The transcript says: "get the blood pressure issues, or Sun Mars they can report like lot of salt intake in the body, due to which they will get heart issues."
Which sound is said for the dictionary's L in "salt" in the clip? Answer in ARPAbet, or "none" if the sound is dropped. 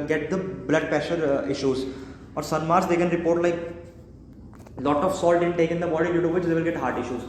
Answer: L